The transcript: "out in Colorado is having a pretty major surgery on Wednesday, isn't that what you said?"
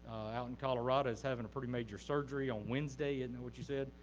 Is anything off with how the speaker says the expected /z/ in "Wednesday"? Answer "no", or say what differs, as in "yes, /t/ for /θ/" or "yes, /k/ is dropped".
no